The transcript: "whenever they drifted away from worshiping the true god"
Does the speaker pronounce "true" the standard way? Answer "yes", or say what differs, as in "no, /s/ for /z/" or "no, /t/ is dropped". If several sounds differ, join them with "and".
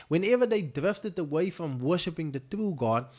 yes